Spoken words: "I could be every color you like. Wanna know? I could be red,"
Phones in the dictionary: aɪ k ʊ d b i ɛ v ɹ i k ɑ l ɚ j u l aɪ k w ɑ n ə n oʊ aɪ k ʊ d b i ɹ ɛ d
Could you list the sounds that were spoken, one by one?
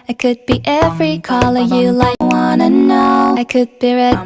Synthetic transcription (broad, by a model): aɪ k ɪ d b i ɛ v ɹ i k ɑ l ɚ j u l aɪ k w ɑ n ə n oʊ aɪ k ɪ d b i ɹ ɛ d